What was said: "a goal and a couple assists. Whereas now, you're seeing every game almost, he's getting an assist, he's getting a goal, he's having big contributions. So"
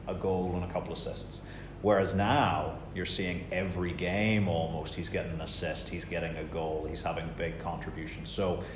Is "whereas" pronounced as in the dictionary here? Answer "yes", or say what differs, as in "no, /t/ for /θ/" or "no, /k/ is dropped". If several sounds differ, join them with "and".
yes